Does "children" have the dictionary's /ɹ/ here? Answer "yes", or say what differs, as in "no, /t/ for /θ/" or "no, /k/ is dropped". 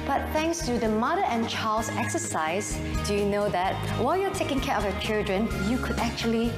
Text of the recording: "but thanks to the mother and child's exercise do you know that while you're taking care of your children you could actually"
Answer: yes